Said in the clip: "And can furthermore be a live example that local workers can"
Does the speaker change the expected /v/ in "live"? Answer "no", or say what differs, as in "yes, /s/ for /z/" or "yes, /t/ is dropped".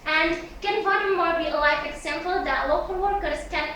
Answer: yes, /f/ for /v/